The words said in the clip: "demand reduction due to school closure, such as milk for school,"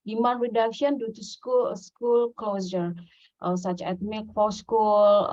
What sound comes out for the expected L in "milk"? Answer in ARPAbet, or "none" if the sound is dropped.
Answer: none